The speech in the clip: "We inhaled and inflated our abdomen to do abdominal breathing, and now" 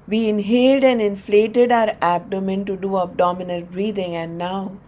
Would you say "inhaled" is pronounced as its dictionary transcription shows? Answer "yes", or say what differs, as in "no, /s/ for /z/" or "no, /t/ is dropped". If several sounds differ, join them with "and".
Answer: yes